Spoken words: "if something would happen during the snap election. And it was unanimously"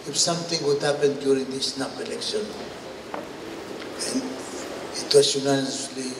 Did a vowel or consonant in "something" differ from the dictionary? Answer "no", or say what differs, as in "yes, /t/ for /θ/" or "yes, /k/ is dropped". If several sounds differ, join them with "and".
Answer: yes, /t/ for /θ/